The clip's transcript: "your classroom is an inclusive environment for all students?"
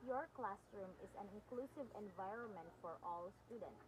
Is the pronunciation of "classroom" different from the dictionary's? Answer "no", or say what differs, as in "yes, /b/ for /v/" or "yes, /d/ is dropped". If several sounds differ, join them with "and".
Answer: no